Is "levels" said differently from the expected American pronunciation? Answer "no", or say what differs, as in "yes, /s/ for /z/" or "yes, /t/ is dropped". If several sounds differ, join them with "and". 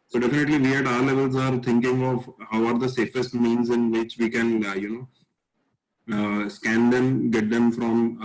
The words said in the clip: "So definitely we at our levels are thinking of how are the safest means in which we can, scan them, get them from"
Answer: no